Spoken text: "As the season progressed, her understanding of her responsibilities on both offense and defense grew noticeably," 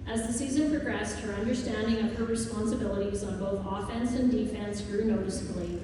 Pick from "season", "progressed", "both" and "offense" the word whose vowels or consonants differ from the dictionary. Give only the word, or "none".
none